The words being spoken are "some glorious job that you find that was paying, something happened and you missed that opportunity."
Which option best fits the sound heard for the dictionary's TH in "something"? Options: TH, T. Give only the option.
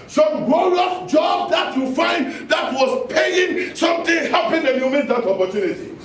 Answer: T